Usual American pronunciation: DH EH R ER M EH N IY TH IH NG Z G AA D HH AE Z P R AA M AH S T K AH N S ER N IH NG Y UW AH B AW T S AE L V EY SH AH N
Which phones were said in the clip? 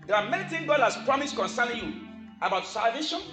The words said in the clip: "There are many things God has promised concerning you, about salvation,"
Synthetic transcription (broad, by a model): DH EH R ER M EH N IY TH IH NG G AA D HH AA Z P R AA M AH S T K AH N S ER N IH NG Y UW AH B AW T S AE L V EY SH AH N